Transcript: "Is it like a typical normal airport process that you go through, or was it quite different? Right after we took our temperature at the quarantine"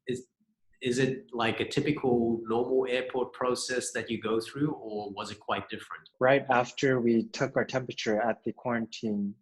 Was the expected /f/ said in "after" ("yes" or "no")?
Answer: yes